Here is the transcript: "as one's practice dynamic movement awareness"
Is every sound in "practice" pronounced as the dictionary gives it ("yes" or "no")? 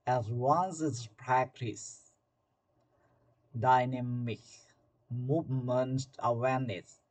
yes